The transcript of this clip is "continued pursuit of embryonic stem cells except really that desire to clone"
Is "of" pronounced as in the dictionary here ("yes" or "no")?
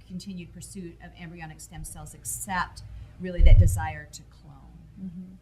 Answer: yes